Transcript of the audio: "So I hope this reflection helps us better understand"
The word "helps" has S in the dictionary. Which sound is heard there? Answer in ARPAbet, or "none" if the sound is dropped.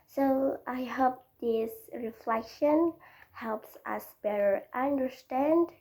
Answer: S